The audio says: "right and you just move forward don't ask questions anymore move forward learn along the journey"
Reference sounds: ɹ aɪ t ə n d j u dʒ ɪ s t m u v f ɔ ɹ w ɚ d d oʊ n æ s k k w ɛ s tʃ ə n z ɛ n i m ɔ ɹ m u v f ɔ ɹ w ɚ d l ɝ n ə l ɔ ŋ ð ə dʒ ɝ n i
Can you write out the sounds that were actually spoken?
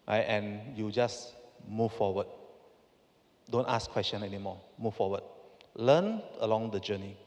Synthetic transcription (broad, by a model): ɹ aɪ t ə n j u dʒ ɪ s m u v f ɔ w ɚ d d oʊ n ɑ s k k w ɛ s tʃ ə n ɛ n i m ɔ m u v f ɔ w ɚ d l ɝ n ə l ɔ ŋ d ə dʒ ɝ n i